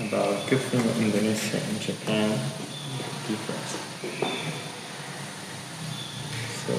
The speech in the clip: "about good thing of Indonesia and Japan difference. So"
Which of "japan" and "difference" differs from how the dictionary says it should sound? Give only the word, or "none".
difference